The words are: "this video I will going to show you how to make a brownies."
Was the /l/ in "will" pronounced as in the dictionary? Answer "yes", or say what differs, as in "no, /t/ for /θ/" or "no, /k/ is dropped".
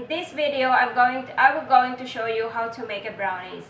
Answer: no, /w/ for /l/